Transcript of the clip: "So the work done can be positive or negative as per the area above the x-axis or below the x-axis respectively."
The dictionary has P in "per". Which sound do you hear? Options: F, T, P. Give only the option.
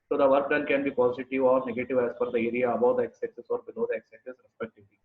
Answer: F